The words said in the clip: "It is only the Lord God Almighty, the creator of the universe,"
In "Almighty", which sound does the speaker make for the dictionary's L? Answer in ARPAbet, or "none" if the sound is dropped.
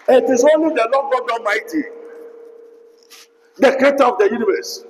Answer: none